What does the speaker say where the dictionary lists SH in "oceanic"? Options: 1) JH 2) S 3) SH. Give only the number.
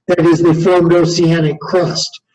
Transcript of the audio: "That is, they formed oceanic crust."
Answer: 2